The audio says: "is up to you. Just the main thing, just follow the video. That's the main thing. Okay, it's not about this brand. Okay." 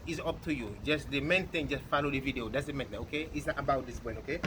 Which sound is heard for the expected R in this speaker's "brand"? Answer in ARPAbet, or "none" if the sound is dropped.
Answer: none